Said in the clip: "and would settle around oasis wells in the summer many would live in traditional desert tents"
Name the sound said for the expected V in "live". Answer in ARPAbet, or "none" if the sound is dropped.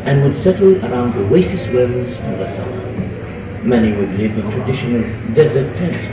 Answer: W